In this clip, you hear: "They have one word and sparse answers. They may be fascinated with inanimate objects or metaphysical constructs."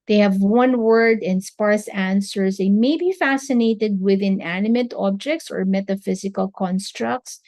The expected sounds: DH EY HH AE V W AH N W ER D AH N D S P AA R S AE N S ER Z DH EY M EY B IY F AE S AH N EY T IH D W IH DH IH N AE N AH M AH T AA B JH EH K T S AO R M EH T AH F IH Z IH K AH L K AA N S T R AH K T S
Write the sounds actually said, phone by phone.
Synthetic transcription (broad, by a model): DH EY HH AE V W AH N W ER D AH N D S P AA R S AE N S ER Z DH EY M EY B IY F AE S AH N EY T IH D W IH DH IH N AE N AH M AH T AA B JH EH K T S AO R M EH T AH F IH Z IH K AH L K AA N S T R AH K T S